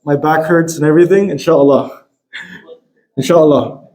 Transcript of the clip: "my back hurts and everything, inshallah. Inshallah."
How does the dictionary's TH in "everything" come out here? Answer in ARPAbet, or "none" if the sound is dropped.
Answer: TH